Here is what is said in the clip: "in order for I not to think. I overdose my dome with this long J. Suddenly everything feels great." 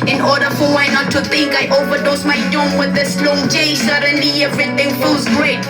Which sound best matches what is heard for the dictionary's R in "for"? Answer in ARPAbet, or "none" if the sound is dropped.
W